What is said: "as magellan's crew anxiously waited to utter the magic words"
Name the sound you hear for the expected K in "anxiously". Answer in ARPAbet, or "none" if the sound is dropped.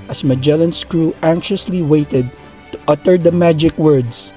K